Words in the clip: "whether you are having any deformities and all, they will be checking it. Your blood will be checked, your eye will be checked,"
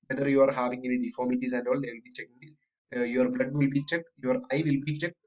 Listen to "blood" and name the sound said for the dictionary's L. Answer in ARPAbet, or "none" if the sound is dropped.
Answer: L